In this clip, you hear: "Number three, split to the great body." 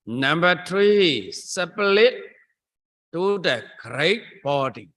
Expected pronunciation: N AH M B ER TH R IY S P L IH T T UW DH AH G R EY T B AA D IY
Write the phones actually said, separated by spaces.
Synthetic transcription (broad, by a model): N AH M B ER T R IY S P L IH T T UW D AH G R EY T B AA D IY